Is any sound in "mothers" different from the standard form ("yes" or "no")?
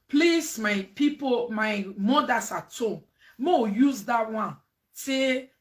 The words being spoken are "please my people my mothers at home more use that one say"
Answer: yes